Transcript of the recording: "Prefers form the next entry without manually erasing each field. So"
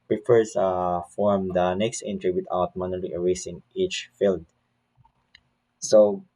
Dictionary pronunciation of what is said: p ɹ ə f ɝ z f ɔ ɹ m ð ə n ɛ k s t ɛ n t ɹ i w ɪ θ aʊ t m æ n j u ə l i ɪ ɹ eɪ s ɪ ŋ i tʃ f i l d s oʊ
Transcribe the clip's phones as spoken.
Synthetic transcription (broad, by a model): p ɹ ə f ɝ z f ɔ ɹ m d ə n ɛ k s t ɛ n t ɹ i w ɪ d aʊ t m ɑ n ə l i ɪ ɹ eɪ s ɪ ŋ i tʃ f i l d s oʊ